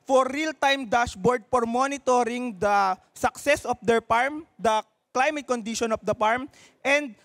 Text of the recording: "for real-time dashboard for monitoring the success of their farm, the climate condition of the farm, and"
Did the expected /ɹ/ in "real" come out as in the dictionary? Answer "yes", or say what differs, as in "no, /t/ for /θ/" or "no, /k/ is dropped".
yes